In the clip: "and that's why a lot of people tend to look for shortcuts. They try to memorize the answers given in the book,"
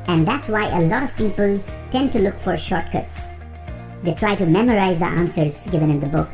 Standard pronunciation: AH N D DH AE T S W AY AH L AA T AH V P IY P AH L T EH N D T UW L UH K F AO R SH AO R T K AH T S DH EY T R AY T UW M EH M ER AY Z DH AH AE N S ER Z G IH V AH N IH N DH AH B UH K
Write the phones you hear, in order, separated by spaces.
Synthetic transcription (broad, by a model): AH N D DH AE T S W AY AH L AA T AH V P IY P AH L T EH N D T UW L UH K F AO R SH AO R T K AH T S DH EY T R AY T UW M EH M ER AY Z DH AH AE N S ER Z G IH V AH N IH N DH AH B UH K